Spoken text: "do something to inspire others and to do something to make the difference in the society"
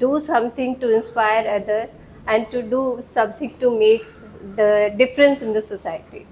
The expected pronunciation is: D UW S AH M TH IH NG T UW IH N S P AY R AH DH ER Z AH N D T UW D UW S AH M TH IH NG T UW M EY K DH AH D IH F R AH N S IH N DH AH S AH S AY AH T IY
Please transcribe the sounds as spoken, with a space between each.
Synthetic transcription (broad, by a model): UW S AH M T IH NG T UW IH N S P AY R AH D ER AH N D T UW D UW S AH M T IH NG T UW M EY K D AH D IH F R AH N S IH N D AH S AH S AY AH T IY